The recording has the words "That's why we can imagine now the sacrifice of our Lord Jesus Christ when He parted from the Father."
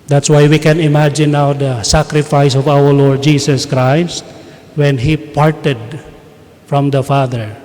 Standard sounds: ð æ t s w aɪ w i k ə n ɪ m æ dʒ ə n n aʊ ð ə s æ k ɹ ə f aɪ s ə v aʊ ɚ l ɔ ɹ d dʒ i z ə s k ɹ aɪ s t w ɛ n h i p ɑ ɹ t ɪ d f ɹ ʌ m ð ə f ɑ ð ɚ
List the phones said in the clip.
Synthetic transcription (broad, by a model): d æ t s w aɪ w i k ə n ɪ m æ dʒ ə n n aʊ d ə s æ k ɹ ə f aɪ s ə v aʊ ɚ l ɔ ɹ d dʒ i s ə s k ɹ aɪ s t w ɛ n h i p ɑ ɹ t ɪ d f ɹ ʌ m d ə f ɑ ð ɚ